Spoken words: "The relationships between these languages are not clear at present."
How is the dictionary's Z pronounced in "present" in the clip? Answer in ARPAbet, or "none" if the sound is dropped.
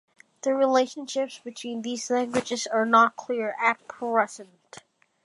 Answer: S